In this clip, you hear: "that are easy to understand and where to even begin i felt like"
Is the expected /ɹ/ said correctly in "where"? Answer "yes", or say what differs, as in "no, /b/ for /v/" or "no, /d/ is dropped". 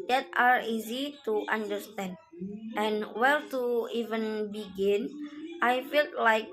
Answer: no, /l/ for /ɹ/